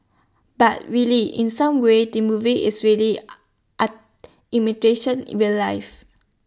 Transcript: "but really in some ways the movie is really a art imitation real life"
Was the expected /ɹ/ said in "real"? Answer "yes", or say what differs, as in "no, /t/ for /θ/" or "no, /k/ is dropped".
no, /w/ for /ɹ/